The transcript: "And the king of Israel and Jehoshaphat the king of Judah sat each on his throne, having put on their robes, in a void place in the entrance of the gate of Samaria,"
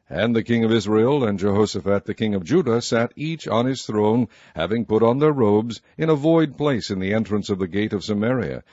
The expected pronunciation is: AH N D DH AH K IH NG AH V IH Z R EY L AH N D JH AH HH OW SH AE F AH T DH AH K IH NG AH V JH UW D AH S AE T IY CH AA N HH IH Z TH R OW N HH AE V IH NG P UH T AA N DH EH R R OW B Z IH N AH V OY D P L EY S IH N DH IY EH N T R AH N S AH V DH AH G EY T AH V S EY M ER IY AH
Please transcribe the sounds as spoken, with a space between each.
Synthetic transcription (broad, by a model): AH N DH AH K IH NG AH V IH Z R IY L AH N JH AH HH OW S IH F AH T DH AH K IH NG AH V JH UW D AH S AE T IY CH N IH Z TH R OW N HH AE V IH NG P UH T N DH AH R R OW B Z IH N AH V OY D P L EY S IH N DH IY EH N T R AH N S AH V DH AH G EY T AH V S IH M ER IY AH